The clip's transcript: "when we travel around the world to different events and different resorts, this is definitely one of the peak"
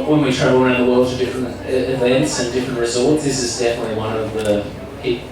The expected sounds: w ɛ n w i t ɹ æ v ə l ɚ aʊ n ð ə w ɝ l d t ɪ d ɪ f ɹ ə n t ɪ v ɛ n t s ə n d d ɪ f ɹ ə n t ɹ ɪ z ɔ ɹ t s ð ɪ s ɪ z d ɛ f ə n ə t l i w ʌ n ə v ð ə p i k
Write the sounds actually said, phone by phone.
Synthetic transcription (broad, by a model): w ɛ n w i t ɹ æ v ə n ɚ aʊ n ð ə w ɝ l d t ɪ d ɪ f ɹ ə n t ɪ v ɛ n t s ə n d d ɪ f ɹ ə n t ɹ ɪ z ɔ l t s ð ɪ s ɪ z d ɛ f ə n ə t l i w ʌ n ə v ð ə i